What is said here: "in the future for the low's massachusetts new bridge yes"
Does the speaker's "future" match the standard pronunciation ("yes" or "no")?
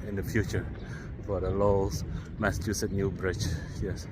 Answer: yes